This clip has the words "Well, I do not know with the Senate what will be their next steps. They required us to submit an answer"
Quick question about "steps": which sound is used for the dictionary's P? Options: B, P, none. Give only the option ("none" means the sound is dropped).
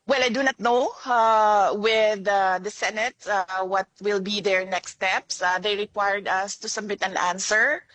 P